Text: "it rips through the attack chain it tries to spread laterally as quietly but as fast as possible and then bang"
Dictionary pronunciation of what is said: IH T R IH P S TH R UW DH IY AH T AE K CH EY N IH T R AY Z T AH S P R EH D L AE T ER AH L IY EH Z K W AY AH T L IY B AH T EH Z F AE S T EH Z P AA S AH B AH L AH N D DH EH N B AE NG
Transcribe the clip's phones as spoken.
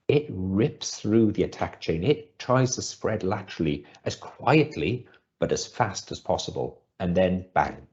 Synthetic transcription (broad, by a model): IH T R IH P S TH R UW DH IY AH T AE K CH EY N IH T R AY Z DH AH S P R EH D L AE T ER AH L IY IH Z K W AY AH T L IY B AH T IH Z F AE S T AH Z P AA S AH B AH L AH N DH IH N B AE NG